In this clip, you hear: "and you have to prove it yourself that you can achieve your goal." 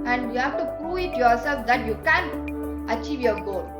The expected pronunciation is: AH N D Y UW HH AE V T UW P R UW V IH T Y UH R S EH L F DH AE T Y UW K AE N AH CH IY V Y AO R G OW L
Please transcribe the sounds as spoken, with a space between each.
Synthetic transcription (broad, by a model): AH N D Y UW HH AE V T UW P R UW IH T Y UH R S EH L F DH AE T Y UW K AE N AH CH IY V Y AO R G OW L